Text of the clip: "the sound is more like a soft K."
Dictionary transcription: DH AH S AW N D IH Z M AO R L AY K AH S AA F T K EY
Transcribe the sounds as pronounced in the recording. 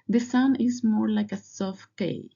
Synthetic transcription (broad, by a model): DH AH S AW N IH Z M AO R L AY K AH S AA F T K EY